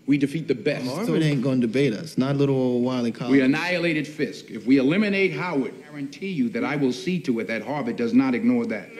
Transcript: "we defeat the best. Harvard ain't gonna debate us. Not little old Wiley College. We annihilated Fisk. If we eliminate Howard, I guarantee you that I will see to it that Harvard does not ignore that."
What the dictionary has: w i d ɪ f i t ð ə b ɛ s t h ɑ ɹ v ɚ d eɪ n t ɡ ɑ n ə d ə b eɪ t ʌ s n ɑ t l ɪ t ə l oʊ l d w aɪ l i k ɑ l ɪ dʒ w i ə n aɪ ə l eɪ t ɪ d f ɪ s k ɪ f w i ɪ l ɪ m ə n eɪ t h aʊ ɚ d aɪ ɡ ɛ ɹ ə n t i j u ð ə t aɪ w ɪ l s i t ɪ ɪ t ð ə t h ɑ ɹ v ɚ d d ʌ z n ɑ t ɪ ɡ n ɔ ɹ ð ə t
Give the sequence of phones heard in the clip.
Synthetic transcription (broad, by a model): w i d ɪ f i t ð ə b ɛ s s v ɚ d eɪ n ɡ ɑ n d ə b eɪ t ʌ s n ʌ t l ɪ t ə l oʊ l w aɪ l i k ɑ w i ə n aɪ ə l eɪ t ɪ d f ɪ s k ɪ f w i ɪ l ɪ m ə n eɪ t h aʊ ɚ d ɡ ɛ ɹ ə n t i j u ð ə t aɪ w ɪ l s i t ɪ ɪ t ð ə t h ɑ ɹ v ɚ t d ʌ z n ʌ t ɪ ɡ n ɔ ɹ ð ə t